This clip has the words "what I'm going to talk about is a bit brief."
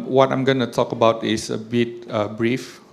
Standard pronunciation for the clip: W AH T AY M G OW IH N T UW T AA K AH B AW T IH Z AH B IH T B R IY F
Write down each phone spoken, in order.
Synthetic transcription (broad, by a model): W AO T AY M G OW N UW T AA K AH B AW T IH S AH B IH T B R IY F